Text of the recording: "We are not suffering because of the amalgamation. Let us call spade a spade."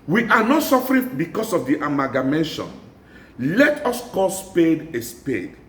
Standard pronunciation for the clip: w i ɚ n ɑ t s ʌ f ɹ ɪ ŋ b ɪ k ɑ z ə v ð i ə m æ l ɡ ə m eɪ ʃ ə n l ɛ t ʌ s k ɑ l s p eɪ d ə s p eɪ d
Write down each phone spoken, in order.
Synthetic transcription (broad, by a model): w i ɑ n ɑ t s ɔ f ɹ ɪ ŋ b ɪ k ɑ s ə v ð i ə m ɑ ɡ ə m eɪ ʃ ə n l ɛ t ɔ s k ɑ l s p eɪ d ə s p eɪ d